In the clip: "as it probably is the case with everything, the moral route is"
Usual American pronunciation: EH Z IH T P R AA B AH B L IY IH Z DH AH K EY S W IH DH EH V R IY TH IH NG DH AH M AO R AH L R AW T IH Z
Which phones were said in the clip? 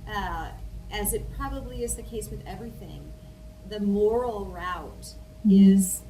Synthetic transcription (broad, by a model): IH Z IH T P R AA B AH B L IY IH Z DH AH K EY S W IH DH EH V R IY TH IH NG DH AH M AO R L R AW T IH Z